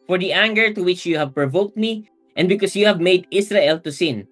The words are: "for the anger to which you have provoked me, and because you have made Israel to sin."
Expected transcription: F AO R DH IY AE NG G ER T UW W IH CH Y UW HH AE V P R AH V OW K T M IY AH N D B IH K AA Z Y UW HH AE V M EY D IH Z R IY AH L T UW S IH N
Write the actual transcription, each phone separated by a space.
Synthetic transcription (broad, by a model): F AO R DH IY AE NG G ER T UW W IH CH Y UW HH AE V P R AH V OW K T M IY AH N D B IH K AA S Y UW HH AE V M EY D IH S R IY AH L T UW S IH N